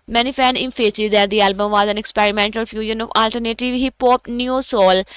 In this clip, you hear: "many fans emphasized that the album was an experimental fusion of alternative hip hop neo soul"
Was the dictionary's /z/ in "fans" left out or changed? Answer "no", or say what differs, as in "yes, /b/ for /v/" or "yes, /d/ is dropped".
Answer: yes, /z/ is dropped